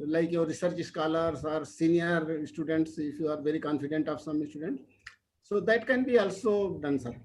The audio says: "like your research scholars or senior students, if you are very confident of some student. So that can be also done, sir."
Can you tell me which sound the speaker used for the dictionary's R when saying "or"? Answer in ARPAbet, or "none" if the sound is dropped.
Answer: R